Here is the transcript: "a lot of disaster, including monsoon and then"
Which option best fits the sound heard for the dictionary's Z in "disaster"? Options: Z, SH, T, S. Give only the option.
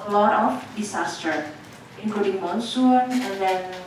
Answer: S